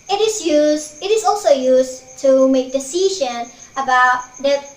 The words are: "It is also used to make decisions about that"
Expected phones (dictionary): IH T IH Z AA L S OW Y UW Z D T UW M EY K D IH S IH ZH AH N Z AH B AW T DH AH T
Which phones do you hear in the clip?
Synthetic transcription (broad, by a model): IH T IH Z AA L S OW Y UW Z T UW M EY K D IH S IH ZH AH N AH B AW T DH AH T